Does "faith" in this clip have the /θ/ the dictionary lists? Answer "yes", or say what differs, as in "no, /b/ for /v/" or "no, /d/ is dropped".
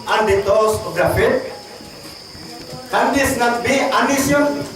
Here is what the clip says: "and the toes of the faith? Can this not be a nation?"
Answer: no, /t/ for /θ/